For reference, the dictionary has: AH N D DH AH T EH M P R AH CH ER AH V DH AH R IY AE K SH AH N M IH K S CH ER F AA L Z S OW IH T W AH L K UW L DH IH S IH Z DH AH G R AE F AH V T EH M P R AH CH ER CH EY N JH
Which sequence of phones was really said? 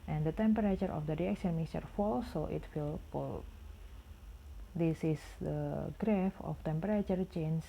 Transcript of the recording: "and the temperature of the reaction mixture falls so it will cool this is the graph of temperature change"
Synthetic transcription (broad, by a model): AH N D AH T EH M P R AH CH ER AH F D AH R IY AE K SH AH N M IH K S ER F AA L S OW IH T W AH L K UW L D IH S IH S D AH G R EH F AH F T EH M P R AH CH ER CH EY N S